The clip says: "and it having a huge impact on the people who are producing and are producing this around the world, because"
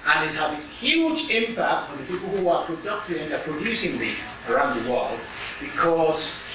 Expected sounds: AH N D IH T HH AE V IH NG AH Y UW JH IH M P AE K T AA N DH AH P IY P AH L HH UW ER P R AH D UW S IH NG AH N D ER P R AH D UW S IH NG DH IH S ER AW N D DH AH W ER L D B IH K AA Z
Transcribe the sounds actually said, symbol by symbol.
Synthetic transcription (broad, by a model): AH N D IH T HH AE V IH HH Y UW JH IH M P AE K T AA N DH AH P IY P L HH UW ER P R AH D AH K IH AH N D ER P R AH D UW S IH NG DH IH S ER AW N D DH AH W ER L D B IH K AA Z